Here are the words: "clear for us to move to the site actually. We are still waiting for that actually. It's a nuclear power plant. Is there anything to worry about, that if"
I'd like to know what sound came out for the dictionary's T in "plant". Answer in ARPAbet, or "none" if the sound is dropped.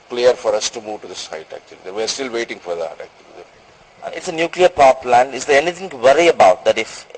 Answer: none